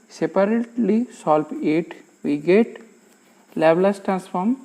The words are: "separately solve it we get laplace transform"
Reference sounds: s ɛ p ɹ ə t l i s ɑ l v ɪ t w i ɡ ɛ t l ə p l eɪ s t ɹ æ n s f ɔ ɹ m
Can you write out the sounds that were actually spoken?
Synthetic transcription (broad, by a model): s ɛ p ɹ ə t l i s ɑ l p ɪ t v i ɡ ɛ t l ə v l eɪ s t ɹ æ n s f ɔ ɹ m